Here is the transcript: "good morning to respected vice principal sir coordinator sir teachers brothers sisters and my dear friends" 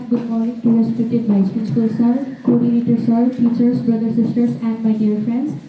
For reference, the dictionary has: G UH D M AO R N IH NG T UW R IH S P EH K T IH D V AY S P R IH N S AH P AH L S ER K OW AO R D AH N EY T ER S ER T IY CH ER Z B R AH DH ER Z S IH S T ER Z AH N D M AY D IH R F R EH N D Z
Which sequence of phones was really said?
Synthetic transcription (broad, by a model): G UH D M AO R N IH NG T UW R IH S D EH T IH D B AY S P IH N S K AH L S ER K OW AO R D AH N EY T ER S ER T IY CH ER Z B R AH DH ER S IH S T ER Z AH N D M AY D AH R F R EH N D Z